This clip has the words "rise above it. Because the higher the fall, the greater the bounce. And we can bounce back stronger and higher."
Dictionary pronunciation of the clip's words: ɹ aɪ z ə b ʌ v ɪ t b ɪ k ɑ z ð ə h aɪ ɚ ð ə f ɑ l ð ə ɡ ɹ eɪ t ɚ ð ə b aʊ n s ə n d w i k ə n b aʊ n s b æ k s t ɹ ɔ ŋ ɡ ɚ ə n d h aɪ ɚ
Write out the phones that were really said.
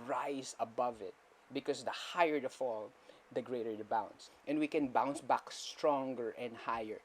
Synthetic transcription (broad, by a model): ɹ aɪ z ə b ʌ v ɪ t b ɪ k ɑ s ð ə h aɪ ɚ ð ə f ɑ l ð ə ɡ ɹ eɪ t ɚ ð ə b aʊ n s ə n d w i k ə n b aʊ n s b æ k s t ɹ ɔ ŋ ɡ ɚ ə n d h aɪ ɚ